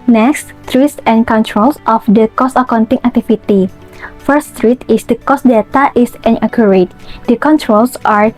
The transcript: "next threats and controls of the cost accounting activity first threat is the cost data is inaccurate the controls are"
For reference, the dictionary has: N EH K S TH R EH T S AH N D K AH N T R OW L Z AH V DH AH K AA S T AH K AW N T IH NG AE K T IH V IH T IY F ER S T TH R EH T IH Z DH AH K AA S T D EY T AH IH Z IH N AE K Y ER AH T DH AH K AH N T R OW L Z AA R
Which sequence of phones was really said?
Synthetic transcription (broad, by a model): N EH K S T R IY S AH N K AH N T R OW L S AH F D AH K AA S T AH K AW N T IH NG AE K T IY F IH T IY F ER S T R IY T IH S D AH K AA S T D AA T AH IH S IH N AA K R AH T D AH K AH N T R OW L S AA R